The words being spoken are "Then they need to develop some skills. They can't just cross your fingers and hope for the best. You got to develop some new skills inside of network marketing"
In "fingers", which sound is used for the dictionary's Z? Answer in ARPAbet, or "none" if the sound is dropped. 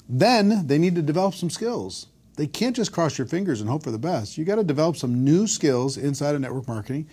Z